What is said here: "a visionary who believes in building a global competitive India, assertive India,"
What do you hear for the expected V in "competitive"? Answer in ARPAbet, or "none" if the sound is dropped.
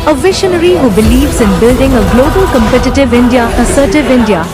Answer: V